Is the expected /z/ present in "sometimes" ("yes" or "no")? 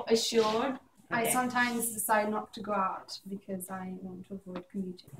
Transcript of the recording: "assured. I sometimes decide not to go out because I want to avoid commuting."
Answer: yes